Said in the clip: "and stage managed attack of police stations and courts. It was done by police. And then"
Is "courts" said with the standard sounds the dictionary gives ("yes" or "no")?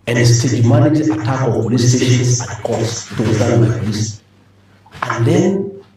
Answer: no